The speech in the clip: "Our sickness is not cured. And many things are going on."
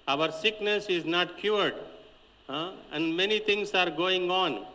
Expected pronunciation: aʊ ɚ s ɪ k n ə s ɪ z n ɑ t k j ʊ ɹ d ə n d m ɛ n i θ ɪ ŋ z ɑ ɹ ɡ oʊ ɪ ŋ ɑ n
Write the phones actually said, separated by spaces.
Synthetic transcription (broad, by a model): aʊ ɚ s ɪ k n ə s ɪ z n ɑ t k j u ɹ d ə n d m ɛ n i t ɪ ŋ s ɑ ɹ ɡ oʊ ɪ ŋ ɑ n